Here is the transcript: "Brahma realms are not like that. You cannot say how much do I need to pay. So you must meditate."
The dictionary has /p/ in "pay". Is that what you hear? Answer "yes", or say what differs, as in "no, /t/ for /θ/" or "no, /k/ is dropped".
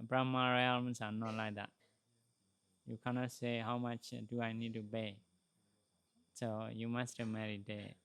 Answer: no, /b/ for /p/